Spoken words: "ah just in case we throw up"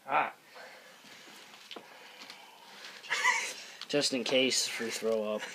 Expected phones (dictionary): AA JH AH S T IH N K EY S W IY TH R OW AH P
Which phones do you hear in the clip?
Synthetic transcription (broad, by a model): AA JH AH S T IH N K EY S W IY TH R OW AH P